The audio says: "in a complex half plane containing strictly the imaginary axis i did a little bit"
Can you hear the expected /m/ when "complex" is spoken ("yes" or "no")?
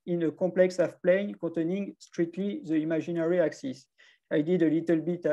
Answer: no